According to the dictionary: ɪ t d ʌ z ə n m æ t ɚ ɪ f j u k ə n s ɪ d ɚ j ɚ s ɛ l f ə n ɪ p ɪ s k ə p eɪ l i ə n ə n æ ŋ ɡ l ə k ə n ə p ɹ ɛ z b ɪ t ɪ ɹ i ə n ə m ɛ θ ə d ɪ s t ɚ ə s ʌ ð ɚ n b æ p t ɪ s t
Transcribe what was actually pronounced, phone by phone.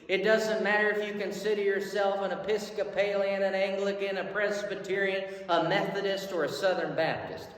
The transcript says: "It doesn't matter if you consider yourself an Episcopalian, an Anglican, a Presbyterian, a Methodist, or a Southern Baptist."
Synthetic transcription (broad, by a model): ɪ t d ʌ z ə n m æ t ɚ ɪ f j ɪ k ə n s ɪ d ɚ j ɚ s ɛ l f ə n ɪ p ɪ s k ə p eɪ l i ə n ə n æ ŋ ɡ l ə k ə n ə p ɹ ɛ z b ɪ t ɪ ɹ i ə n ə m ɛ θ ə d ɪ s t ɚ ə s ʌ ð ɚ n b æ p t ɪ s t